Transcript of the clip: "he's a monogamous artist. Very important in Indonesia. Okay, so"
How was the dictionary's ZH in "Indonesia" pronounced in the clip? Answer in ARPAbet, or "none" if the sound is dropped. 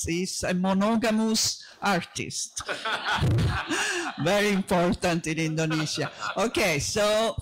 Z